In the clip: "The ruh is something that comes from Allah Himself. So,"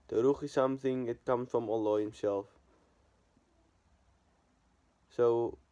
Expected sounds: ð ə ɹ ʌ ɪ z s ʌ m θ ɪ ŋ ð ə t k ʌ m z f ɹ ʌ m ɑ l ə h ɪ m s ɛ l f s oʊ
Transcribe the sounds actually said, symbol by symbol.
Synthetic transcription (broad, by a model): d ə ɹ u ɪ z s ʌ m θ ɪ ŋ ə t k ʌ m f ɹ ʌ m ɑ l ə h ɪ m s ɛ l f s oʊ